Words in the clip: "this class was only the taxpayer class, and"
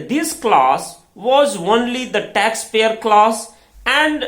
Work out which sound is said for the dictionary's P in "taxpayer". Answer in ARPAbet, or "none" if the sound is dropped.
F